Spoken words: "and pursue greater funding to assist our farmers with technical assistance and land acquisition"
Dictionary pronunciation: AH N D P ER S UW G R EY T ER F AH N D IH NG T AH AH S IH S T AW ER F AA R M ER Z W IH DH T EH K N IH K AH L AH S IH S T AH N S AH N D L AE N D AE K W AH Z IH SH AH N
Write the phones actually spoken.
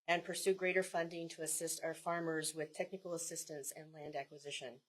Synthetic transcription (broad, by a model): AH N P ER S UW G R EY T ER F AH N D IH NG T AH AH S IH S T AW ER F AA R M ER Z W IH DH T EH K N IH K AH L AH S IH S T AH N S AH N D L AE N D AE K W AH Z IH SH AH N